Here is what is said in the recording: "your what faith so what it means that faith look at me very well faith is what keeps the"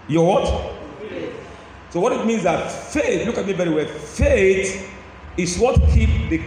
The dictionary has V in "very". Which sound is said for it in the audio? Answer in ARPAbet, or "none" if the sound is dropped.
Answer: B